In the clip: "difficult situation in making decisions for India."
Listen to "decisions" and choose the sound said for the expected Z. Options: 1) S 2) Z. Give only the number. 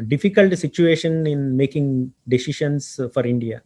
1